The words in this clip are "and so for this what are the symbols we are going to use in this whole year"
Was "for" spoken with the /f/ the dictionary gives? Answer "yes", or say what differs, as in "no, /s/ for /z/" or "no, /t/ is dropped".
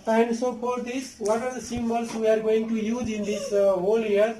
no, /p/ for /f/